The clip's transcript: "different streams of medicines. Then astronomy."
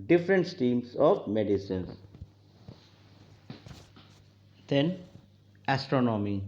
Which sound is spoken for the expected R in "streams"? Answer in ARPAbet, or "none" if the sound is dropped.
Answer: none